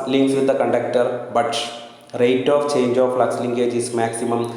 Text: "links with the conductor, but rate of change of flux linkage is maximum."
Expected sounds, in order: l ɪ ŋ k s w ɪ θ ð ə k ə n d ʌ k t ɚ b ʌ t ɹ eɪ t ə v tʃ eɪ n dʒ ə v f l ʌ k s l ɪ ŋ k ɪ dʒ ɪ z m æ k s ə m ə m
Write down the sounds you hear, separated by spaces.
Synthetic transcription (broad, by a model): l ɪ ŋ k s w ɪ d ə k ə n d ʌ k t ɚ b ʌ t ɹ eɪ t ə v tʃ eɪ n dʒ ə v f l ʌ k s l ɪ ŋ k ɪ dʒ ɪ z m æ k s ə m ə m